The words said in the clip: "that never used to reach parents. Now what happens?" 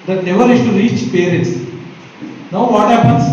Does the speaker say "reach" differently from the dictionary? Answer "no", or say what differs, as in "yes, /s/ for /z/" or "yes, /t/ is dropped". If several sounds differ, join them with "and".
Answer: no